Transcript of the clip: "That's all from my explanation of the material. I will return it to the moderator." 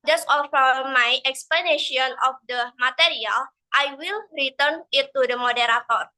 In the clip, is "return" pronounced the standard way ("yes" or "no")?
yes